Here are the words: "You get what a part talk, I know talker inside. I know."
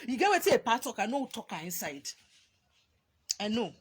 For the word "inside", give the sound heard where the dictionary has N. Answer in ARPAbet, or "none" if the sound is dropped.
N